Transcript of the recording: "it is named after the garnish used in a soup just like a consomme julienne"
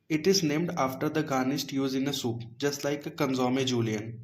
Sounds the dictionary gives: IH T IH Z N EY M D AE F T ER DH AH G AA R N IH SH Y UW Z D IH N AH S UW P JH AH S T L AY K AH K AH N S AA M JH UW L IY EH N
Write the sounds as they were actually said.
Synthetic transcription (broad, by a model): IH T IH Z N EY M D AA F T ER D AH G AA N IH S Y UW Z IH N AH S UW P JH AH S T L AY K AH K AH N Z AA M JH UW L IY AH N